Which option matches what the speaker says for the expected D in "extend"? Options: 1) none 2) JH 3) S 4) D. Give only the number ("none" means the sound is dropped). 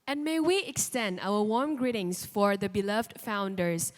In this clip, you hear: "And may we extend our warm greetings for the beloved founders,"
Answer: 4